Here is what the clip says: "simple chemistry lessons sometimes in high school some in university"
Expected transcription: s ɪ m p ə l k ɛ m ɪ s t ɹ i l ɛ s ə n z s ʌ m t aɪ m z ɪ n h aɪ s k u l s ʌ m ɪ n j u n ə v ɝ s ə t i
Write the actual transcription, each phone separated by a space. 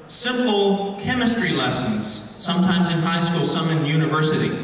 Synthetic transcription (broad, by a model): s ɪ m p l k ɛ m ɪ s t ɹ i l ɛ s ə n z s ʌ m t aɪ m z ɪ n h aɪ s k u l s ʌ m ɪ n j u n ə v ɝ s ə t i